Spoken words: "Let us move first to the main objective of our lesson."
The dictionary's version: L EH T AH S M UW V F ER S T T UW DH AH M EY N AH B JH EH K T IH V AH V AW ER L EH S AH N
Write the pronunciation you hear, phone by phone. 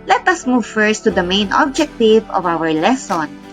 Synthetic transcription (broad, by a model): L EH T AH S M UW V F ER S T T UW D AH M EY N AH B JH EH K T IH V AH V AW ER L EH S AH N